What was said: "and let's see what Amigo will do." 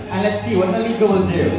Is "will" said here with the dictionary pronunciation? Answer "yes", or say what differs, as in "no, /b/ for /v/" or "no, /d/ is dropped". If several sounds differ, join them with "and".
no, /n/ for /l/